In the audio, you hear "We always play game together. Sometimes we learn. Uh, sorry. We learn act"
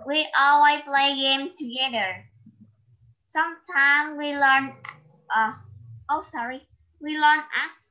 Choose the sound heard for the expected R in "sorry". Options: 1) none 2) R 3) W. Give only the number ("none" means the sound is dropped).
2